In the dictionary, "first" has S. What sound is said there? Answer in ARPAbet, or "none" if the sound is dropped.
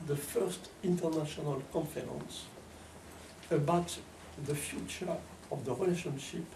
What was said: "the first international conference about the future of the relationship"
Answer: S